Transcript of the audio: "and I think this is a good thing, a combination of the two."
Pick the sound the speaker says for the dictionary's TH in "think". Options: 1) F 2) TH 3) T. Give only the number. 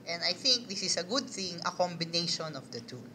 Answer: 2